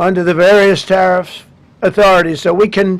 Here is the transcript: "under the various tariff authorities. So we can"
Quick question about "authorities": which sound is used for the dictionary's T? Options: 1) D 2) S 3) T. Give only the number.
3